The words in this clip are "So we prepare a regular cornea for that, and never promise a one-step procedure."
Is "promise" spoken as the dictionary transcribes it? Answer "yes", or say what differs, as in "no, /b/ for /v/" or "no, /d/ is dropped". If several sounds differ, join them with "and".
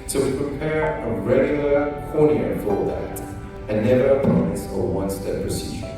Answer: no, /ɹ/ is dropped and /m/ is dropped